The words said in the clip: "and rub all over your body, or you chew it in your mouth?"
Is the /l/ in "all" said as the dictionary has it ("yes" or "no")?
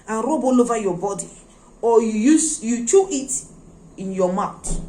yes